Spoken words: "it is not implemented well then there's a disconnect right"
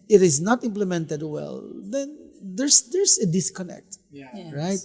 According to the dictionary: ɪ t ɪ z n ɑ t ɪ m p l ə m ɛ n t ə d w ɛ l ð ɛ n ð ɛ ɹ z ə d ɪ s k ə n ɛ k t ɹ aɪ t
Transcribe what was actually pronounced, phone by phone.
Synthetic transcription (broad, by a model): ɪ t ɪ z n ɑ t ɪ m p l ə m ɛ n t ə d w ɛ l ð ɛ n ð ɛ ɹ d ə d ɪ s k ə n ɛ k t ɹ aɪ t